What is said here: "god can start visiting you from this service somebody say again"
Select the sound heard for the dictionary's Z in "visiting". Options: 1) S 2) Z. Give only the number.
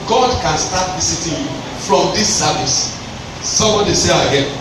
1